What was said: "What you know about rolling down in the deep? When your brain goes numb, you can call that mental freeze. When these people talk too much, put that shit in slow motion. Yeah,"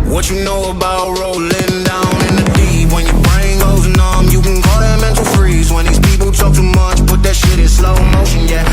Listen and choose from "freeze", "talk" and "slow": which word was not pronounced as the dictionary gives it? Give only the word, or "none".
none